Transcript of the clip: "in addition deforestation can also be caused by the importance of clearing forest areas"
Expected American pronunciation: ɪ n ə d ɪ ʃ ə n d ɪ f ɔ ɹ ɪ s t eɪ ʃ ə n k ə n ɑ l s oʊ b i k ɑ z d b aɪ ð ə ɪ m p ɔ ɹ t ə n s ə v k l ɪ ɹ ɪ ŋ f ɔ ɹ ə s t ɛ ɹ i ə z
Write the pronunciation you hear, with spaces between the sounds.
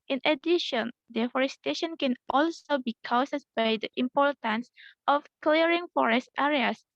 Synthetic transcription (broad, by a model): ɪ n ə d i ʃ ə n d ɪ f ɔ ɹ ɪ s t eɪ ʃ ə n k ə n ɑ l s oʊ b i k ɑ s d b aɪ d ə ɪ m p ɔ ɹ t ə n s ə f k l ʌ ɹ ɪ ŋ f ɔ ɹ ə s t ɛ ɹ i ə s